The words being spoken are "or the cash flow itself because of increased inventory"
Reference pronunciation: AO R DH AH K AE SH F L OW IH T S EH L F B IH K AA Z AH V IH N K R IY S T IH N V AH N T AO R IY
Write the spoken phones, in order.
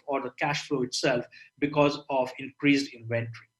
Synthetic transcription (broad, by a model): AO R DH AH K AE SH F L OW IH T S EH L F B IH K AA Z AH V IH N K R IY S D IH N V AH N T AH R IY